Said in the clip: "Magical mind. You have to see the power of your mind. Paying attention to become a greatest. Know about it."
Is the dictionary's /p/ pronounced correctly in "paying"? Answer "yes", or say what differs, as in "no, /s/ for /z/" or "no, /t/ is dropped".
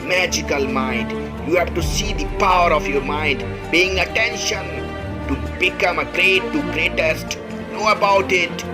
no, /b/ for /p/